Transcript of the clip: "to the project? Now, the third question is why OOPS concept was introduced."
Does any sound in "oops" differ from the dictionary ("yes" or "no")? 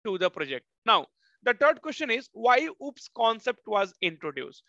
no